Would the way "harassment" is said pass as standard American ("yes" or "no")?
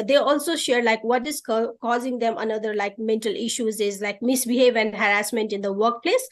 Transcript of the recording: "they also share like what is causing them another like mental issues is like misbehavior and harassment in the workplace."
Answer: yes